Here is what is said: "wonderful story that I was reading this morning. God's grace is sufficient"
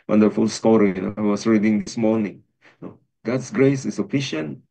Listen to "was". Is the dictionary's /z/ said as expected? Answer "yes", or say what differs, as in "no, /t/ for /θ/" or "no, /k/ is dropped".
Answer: no, /s/ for /z/